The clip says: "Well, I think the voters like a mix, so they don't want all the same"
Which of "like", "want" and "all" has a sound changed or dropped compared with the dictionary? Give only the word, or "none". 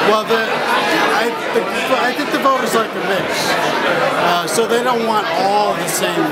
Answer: none